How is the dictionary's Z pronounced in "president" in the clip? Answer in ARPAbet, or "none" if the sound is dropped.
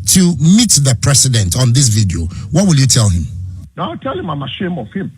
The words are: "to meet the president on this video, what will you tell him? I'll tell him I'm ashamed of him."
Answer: S